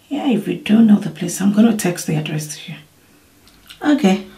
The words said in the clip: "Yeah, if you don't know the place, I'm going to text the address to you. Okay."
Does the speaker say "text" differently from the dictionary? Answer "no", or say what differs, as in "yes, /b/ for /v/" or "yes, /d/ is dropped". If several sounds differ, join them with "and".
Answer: no